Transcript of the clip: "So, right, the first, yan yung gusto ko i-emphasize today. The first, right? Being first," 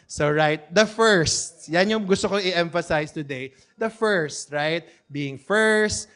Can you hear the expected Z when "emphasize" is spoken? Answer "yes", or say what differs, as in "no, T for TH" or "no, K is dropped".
no, S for Z